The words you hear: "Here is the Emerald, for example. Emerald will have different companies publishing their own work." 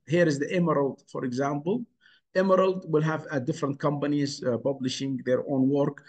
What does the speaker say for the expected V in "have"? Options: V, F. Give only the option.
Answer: V